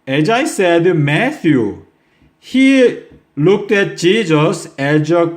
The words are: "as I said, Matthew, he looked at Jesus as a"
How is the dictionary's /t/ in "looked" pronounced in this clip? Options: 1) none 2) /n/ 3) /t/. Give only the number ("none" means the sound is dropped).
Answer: 3